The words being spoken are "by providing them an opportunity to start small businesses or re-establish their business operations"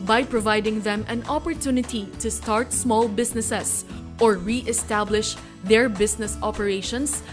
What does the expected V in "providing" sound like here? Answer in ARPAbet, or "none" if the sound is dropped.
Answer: V